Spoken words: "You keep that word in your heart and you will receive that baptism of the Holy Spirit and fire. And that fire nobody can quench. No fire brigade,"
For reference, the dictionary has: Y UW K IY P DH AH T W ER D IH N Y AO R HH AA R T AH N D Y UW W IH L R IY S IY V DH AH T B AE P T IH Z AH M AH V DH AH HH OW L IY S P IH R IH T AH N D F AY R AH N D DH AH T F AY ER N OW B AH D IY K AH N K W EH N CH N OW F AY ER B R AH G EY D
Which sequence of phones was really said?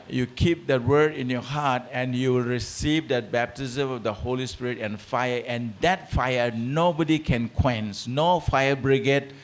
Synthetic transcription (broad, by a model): Y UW K IY P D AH T W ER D IH N Y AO HH AA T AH N Y UW W IH L R IY S IY V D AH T B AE P T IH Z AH M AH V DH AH HH OW L IY S P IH R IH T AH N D F AY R AH N D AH T F AY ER N OW B AH D IY K AH N K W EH N S N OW F AY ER B R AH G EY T